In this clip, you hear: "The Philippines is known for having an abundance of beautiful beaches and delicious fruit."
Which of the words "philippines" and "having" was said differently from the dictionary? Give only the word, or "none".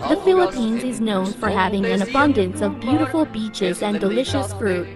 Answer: none